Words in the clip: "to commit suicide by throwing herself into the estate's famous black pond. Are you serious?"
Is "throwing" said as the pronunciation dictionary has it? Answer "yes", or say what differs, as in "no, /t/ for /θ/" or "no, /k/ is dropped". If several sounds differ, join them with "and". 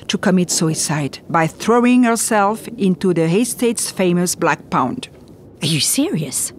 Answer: yes